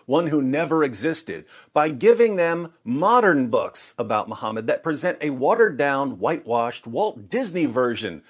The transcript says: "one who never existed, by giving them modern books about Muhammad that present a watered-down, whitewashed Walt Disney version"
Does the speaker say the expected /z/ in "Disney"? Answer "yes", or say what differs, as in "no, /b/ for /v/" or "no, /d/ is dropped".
yes